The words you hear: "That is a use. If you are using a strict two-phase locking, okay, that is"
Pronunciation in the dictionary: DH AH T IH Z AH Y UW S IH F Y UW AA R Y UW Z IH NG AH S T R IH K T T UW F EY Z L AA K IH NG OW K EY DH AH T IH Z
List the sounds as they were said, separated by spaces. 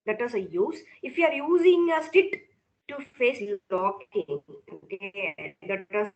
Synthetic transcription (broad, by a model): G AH T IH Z AH Y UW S IH F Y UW AA R Y UW Z IH NG AH S T IH T T UW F EY S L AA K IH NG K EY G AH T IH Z